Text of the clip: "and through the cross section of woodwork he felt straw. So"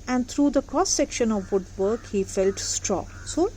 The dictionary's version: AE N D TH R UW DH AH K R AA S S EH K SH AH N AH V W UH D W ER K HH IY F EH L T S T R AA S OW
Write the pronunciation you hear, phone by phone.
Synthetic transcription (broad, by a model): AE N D T R UW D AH K AA S S EH K SH AH N AH V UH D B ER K HH IY F EH L T S T R AA S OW